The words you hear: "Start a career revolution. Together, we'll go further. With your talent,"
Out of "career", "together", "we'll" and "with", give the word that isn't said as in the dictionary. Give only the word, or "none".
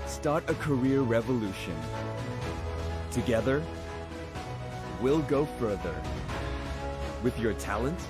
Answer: none